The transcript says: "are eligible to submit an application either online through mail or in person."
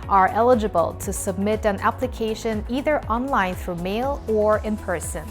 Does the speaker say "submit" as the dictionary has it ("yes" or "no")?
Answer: yes